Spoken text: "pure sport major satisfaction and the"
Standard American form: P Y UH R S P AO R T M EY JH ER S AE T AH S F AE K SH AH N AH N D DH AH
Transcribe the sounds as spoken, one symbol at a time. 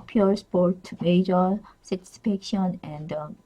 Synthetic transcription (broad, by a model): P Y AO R S P AO R T M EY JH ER S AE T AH S P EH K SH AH N AH N D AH